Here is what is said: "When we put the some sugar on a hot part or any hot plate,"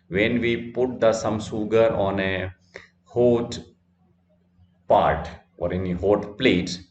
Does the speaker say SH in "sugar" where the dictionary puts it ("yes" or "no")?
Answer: no